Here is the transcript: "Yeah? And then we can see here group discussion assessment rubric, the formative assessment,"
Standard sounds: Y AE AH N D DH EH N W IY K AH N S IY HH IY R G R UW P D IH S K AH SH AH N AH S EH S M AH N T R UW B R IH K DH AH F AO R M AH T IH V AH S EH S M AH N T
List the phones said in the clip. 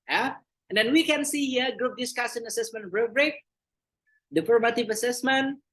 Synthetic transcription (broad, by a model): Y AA AH N D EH N W IY K AH N S IY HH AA G R UW P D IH S K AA S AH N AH S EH S M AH N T R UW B R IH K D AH F AO R M AH T IH V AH S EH S M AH N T